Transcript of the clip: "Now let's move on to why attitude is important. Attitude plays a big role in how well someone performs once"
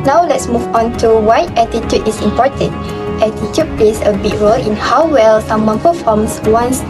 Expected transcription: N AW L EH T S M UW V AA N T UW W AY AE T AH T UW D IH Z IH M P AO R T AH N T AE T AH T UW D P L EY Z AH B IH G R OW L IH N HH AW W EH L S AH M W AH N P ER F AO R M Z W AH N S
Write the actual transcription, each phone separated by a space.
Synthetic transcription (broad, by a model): N AW L EH T S M UW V AA N T UW W AY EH T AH T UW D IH S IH M P AO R T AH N T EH T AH T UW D P L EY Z AH B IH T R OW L IH N HH AW W EH L S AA M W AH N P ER F AO M S W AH N S